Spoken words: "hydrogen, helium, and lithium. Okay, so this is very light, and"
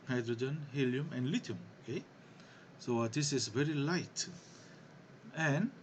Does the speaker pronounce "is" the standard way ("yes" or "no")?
no